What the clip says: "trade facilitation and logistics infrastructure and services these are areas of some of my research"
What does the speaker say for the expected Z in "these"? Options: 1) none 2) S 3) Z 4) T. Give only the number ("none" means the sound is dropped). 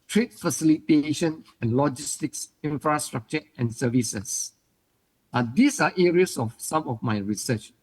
2